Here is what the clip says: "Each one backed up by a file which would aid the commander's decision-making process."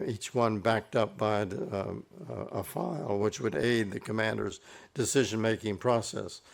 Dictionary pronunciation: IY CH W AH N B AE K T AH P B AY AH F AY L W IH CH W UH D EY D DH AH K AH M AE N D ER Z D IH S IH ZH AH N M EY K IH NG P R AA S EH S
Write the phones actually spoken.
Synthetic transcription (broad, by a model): IY CH W AH N B AE K T AH P B AY AH F AY L W IH CH W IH D EY D DH AH K AH M AE N D ER Z D IH S IH ZH AH N M EY K IH NG P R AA S EH S